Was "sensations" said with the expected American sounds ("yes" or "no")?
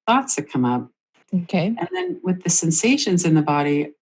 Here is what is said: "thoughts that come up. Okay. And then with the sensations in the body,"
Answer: yes